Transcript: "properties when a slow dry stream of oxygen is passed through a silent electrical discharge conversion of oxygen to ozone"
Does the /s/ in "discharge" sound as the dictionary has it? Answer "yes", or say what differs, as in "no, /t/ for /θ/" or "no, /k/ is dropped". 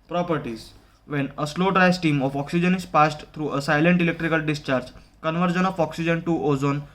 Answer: yes